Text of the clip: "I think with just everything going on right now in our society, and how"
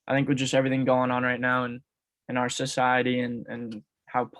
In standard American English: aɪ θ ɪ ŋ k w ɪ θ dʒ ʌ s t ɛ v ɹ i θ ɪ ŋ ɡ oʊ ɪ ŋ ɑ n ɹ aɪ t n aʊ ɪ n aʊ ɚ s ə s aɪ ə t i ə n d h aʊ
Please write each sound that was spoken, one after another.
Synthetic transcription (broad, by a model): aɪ θ ɪ ŋ k w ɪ dʒ ʌ s t ɛ v ɹ i θ ɪ ŋ ɡ oʊ ɪ ŋ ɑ n ɹ aɪ t n aʊ ɪ n aʊ ɚ s ə s aɪ ə t i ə n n h aʊ